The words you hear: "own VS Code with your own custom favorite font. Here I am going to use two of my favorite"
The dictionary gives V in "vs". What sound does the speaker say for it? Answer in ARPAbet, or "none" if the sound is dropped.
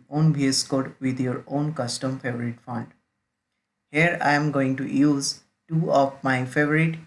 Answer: B